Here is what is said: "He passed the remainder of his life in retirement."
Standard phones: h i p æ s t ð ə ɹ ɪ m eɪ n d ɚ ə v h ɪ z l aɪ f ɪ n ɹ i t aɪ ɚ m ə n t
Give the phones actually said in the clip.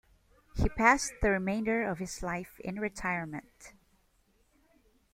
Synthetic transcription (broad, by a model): h i p æ s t ð ə ɹ ɪ m eɪ n d ɚ ə v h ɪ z l aɪ f ɪ n ɹ i t aɪ ɚ m ə n t